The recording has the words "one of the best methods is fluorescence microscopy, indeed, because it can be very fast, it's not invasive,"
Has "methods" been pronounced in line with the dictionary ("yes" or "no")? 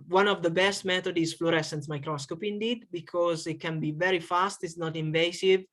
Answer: no